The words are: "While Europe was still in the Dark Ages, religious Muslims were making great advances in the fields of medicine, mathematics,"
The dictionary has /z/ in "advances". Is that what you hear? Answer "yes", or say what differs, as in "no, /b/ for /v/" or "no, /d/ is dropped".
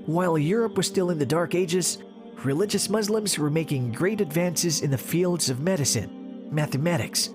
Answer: yes